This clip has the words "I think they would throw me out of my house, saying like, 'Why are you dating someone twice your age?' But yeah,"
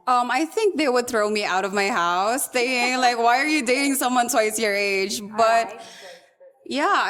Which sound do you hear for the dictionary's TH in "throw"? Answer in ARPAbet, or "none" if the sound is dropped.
TH